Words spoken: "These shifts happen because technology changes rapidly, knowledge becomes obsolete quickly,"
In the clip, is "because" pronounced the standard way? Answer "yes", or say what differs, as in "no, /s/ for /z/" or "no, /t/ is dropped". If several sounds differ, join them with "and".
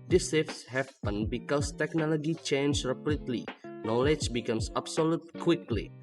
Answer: no, /s/ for /z/